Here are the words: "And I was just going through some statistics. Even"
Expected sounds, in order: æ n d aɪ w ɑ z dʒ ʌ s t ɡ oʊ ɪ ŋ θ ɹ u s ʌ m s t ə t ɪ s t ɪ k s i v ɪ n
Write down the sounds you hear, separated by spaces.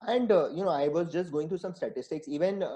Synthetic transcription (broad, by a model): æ n d aɪ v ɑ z dʒ ʌ s t ɡ oʊ ɪ ŋ t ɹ u s ʌ m s t ə t ɪ s t ɪ k s i v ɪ n